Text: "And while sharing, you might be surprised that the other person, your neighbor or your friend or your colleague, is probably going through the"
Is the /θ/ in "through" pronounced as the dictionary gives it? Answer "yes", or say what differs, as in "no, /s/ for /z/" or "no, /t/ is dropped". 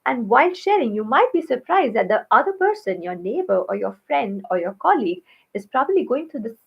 no, /t/ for /θ/